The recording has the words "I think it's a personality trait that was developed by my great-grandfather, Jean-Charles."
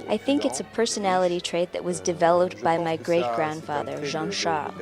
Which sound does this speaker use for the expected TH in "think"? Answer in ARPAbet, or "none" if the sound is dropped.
TH